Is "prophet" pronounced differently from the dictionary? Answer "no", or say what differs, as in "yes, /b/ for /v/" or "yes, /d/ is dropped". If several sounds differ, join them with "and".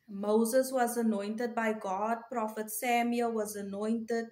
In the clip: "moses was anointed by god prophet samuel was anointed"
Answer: no